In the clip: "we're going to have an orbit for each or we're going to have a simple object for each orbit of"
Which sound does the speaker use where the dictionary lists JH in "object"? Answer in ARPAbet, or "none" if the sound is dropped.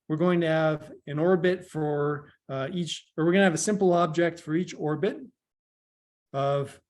JH